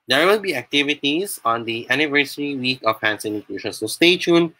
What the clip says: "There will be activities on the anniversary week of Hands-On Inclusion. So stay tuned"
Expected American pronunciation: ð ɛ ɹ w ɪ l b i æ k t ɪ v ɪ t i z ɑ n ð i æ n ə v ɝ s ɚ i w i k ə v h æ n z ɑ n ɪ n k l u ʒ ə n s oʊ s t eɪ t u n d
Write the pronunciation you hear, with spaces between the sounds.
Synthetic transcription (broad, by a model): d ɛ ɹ w ɪ l b i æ k t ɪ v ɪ t i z ɑ n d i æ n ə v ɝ s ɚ i w i k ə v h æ n s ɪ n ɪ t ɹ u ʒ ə n s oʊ s t eɪ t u n